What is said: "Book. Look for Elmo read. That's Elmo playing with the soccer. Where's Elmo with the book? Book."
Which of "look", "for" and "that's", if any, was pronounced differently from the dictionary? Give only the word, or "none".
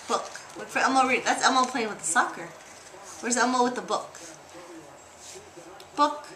look